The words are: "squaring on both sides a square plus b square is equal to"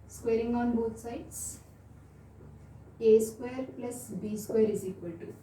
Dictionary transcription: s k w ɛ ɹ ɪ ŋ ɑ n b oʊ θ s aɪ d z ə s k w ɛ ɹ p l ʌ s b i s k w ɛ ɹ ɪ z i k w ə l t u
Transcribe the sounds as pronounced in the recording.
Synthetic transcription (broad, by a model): s k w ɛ ɹ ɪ ŋ ɑ n b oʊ t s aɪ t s ə s k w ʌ ɹ p l ʌ s b i s k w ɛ ɹ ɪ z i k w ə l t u